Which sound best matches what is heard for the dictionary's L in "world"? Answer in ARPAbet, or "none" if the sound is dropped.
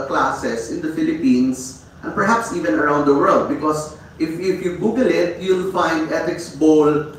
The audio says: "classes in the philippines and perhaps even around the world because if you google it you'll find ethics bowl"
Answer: L